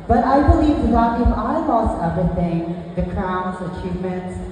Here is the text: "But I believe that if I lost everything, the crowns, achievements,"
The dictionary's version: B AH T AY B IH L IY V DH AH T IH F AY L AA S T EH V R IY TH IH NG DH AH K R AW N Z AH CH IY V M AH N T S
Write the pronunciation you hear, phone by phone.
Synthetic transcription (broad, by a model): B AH T AY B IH L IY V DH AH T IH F AY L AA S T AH R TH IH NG DH AH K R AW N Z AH CH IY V M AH N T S